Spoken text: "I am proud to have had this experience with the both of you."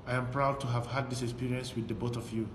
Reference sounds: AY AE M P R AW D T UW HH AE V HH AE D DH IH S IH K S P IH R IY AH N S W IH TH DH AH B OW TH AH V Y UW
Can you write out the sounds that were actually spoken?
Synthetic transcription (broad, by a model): AY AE M P R AW D T UW HH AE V HH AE D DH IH S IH K S P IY R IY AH N S W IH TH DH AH B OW T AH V Y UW